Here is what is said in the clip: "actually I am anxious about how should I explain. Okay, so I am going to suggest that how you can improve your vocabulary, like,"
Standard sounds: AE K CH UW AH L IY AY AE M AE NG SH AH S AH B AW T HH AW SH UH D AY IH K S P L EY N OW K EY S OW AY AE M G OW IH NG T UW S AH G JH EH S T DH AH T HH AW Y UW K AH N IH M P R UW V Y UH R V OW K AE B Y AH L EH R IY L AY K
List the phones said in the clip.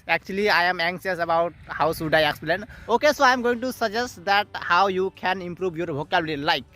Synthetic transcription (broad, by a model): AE K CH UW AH L IY AY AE M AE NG S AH S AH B AW T HH AW S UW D AY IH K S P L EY N OW K EY S OW AY M G OW IH NG T UW S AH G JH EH S T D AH T HH AW Y UW K AH N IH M P R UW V Y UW R B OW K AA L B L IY L AY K